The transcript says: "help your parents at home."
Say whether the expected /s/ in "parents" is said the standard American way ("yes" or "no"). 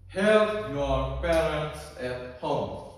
yes